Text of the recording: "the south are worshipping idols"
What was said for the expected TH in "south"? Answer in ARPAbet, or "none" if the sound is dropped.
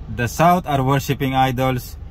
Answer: T